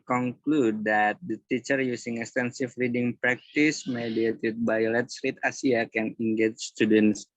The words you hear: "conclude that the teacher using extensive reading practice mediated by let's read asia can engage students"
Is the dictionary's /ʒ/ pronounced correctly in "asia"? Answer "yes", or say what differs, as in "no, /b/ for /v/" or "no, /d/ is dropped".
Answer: no, /s/ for /ʒ/